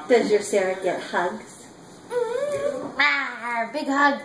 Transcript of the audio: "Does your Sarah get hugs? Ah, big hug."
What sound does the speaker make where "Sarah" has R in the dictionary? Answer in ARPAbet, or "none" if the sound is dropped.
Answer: R